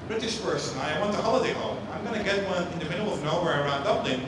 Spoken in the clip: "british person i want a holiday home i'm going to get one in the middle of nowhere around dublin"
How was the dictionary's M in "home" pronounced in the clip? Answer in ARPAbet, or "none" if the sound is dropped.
none